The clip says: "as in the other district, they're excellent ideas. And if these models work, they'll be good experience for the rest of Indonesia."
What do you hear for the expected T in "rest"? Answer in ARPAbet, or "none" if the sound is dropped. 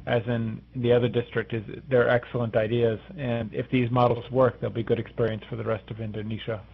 T